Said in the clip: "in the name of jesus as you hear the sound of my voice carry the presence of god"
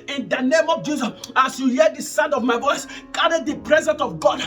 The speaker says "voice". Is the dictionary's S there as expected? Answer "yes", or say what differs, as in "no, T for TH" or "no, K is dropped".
yes